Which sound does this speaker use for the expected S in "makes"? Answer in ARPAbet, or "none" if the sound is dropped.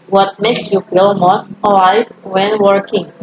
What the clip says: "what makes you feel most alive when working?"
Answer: S